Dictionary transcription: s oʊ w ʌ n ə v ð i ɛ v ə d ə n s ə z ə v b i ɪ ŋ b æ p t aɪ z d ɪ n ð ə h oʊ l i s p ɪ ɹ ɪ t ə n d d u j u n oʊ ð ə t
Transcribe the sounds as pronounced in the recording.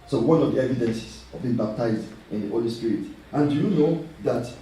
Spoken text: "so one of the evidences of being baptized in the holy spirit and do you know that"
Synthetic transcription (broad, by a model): s oʊ w ʌ n ə v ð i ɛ v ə d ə n s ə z ə v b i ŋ b æ p t aɪ z d ɪ n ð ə h oʊ l i s p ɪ ɹ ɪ t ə n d d u j u n oʊ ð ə t